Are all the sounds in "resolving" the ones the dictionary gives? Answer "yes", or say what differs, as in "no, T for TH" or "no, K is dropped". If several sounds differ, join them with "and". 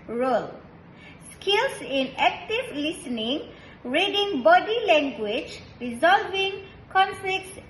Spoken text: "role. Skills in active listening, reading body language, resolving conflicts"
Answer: yes